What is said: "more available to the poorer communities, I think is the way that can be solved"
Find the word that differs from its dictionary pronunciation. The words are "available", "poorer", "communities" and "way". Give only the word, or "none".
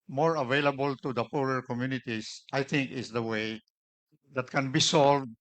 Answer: communities